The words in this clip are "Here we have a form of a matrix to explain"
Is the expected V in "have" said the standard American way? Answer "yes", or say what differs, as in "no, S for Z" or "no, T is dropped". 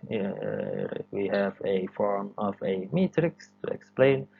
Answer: yes